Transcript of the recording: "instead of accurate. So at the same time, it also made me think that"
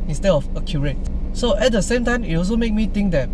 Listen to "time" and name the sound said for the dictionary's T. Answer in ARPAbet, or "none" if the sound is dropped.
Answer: T